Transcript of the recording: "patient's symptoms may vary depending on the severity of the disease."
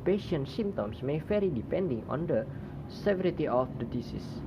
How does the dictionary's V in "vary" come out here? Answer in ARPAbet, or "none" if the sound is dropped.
F